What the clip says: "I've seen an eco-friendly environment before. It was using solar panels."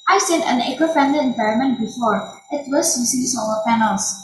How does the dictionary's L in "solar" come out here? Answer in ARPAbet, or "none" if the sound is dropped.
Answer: none